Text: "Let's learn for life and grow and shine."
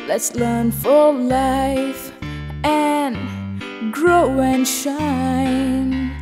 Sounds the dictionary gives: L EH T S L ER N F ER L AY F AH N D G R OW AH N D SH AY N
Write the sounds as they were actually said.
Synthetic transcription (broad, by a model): L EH T S L ER N F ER L AY F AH N G R OW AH N SH AY N